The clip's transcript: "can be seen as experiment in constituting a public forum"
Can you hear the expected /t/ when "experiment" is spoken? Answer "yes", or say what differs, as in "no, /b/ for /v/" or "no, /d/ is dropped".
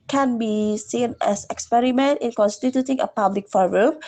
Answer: yes